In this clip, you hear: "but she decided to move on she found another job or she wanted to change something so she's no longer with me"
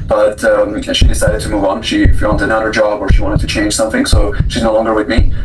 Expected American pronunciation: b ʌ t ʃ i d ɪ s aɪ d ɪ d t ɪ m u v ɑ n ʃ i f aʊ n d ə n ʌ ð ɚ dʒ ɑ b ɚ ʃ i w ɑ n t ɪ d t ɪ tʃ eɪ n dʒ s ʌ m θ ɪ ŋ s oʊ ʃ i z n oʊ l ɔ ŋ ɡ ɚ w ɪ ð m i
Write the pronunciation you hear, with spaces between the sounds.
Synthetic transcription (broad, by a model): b ʌ t ʃ i d ɪ s aɪ d ɪ d t ɪ m u v n ʃ i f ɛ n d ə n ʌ ɚ dʒ ɑ b ɚ ʃ i w ɑ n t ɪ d t ɪ tʃ eɪ n ʒ s ʌ m θ ɪ ŋ s oʊ ʃ i z n oʊ l ɔ ŋ ɡ ɚ w ɪ ð m i